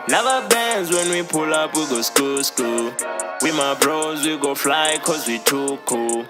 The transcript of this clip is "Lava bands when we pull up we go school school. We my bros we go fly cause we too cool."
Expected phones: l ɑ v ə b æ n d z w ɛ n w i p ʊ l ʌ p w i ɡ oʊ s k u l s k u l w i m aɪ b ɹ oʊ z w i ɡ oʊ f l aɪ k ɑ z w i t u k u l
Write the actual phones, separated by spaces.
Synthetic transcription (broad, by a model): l ɑ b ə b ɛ n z w ɛ n w i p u l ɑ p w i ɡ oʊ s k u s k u w i m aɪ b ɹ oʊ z w i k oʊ f l aɪ k ɑ z w i t u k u